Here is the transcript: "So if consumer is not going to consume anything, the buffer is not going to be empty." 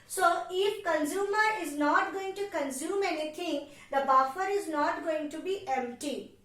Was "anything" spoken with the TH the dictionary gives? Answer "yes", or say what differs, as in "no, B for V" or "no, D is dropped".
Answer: no, T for TH